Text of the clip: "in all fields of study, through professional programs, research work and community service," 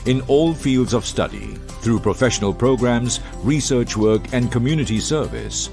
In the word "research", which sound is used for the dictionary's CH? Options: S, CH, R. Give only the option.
CH